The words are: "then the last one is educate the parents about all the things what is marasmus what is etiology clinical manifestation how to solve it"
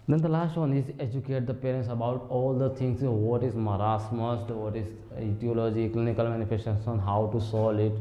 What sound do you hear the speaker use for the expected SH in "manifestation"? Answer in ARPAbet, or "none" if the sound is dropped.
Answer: S